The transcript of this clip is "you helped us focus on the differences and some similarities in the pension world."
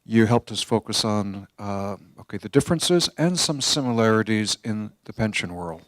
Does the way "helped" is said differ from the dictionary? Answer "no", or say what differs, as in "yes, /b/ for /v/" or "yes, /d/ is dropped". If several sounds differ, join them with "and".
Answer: no